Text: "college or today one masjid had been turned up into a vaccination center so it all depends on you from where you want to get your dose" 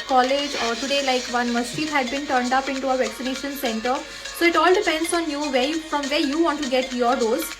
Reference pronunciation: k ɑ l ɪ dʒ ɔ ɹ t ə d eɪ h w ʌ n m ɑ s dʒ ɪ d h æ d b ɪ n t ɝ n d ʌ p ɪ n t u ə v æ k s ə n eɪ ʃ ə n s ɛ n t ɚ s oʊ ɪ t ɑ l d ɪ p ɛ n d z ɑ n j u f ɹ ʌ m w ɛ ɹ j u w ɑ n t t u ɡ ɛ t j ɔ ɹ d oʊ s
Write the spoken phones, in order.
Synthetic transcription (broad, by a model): k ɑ l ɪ dʒ ɔ ɹ t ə d eɪ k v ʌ n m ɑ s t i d h æ d b ɪ n t ɝ n d ʌ p ɪ n t u ə v æ k s ə n eɪ ʃ ə n s ɛ n t ɚ s oʊ ɪ t ɑ l d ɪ p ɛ n d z ɑ n j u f ɹ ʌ m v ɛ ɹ j u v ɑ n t t u ɡ ɛ t j ɔ ɹ d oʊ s